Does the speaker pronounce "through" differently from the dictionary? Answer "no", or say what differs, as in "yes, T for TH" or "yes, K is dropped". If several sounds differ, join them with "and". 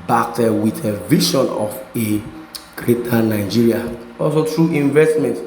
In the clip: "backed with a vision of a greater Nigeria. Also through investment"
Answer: yes, T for TH